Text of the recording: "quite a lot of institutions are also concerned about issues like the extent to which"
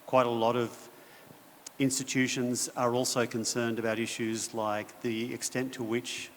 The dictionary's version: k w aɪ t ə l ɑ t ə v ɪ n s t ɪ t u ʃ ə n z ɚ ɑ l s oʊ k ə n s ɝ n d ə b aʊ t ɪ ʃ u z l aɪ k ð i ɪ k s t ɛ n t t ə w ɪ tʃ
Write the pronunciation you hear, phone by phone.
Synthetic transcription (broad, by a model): k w aɪ t ə l ɑ t ə v ɪ n s t ɪ t u ʃ ə n z ɚ ɑ l s oʊ k ə n s ɝ n d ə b aʊ t ɪ ʃ u z l aɪ k ð i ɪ k s t ɛ n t t ə w ɪ tʃ